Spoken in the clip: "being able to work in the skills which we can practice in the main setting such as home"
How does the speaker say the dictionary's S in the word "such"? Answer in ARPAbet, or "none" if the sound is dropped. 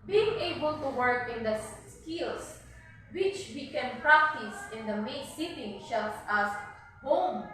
SH